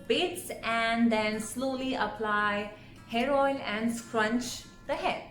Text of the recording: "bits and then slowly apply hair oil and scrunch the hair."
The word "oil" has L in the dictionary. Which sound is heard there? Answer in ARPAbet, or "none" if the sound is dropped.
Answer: N